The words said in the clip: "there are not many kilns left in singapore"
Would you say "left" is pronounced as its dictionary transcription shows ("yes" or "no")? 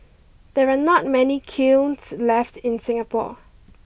yes